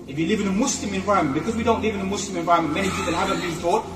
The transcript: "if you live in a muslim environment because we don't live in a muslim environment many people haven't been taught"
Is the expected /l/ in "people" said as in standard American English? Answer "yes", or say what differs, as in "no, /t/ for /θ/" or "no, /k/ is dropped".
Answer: no, /n/ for /l/